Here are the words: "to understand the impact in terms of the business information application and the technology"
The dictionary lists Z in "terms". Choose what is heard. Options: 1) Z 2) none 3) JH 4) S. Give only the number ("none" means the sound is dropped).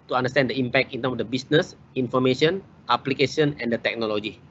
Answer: 4